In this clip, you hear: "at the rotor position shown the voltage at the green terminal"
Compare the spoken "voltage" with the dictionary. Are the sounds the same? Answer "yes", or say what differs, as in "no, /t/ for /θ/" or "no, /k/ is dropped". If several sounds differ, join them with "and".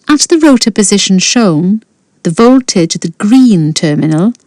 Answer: yes